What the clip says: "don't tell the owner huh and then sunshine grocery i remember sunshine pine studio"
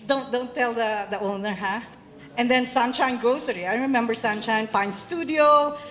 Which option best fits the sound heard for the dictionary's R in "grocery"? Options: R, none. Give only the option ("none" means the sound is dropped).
none